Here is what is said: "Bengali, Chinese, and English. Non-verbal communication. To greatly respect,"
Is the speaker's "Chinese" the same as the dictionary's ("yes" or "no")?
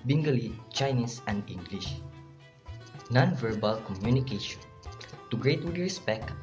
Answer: no